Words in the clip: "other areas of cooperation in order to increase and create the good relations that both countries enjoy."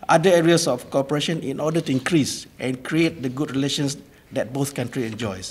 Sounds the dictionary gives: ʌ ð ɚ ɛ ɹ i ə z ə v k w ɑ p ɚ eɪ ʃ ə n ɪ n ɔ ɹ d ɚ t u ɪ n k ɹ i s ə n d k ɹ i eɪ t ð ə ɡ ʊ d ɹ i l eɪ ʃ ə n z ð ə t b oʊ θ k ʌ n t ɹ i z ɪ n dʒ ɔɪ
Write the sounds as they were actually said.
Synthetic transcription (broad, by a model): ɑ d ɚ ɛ ɹ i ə s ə f k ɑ p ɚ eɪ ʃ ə n ɪ n ɔ d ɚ t u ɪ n k ɹ i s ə n k ɹ i eɪ t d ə ɡ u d ɹ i l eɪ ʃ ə n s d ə t b oʊ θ k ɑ n t ɹ i ɪ n dʒ ɔɪ